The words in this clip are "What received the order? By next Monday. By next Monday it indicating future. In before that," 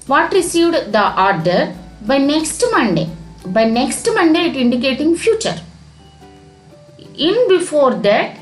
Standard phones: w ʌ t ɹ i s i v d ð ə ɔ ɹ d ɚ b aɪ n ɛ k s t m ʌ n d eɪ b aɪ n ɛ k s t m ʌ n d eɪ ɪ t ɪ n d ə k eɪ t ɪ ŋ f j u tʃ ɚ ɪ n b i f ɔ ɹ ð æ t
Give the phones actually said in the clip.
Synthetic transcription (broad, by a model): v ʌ t ɹ i s i v d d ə ɔ ɹ d ɚ b aɪ n ɛ k s t m ʌ n d eɪ b aɪ n ɛ k s t m ʌ n d eɪ ɪ t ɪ n d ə k eɪ t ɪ ŋ f j u tʃ ɚ ɪ n b i f ɔ ɹ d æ t